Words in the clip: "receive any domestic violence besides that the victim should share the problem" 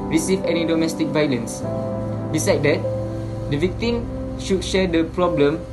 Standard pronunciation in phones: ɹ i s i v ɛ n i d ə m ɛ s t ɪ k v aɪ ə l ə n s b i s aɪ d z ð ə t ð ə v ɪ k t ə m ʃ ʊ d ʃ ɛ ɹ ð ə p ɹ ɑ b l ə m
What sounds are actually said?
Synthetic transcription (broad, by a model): ɹ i s i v ɛ n i d ə m ɛ s t ɪ k v aɪ ə l ə n s b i s aɪ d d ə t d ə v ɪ k t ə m ʃ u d ʃ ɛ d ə p ɹ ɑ b l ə m